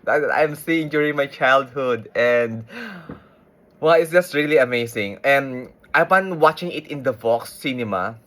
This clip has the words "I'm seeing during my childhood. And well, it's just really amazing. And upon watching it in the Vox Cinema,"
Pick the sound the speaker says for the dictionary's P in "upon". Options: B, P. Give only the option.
B